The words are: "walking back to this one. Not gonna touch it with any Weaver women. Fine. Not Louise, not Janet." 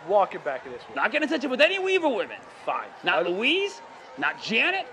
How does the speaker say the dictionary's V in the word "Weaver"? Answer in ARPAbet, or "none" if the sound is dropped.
V